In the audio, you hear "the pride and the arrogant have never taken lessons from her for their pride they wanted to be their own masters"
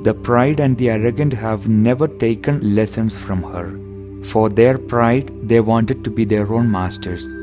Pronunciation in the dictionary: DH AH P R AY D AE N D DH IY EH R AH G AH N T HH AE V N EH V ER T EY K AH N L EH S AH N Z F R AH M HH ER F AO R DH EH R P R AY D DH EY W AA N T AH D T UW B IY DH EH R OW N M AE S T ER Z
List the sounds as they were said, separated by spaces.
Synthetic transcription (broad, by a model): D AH P R AY D AE N D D IY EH R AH G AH N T HH AE V N EH V ER T EY K AH N L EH S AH N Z F R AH M HH ER F AO R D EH R P R AY D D EY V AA N T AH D T UW B IY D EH R OW N M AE S T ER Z